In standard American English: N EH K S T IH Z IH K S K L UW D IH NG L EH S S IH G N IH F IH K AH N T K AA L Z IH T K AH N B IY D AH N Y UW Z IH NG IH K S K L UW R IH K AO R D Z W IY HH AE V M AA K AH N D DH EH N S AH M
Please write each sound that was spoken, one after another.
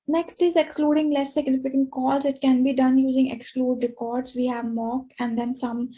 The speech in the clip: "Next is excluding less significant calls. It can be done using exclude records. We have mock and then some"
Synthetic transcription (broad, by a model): N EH K S T IH Z IH K S K L UW D IH NG L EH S S IH G N IH F IH K AH N T K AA L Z IH T K AH N B IY D AH N Y UW Z IH NG IH K S K L UW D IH K AO R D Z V IY HH AE V M AA K AH N D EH N S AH M